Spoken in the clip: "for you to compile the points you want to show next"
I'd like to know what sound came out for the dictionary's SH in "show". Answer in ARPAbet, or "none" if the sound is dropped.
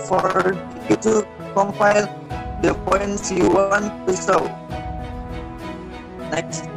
S